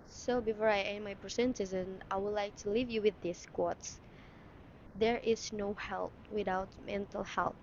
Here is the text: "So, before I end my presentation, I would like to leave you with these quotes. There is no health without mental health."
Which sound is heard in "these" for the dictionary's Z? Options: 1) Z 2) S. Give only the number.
2